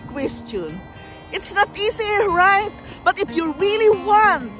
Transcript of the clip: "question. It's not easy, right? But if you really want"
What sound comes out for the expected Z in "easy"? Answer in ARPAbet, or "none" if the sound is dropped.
S